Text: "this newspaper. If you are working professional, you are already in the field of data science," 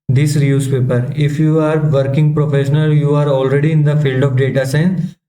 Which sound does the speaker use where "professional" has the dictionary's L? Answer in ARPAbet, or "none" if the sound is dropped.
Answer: L